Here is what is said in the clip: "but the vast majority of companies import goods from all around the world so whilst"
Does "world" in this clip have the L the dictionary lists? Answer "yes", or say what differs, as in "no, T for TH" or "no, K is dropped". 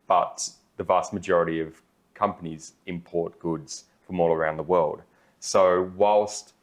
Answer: yes